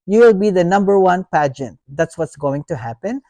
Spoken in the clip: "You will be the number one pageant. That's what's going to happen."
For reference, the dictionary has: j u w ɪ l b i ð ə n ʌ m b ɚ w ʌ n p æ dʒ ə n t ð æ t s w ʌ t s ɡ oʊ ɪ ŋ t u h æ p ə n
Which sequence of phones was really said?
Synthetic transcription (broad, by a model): j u w ɪ l b i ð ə n ʌ m b ɚ w ʌ n p æ dʒ ə n t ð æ t s w ʌ t s ɡ oʊ ɪ ŋ t u h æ p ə n